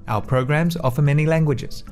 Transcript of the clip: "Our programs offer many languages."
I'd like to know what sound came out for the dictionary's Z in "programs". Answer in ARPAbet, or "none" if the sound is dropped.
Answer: Z